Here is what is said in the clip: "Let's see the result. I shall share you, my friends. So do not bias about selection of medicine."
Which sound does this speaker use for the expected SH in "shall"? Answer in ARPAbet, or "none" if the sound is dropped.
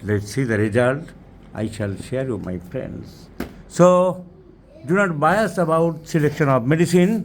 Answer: SH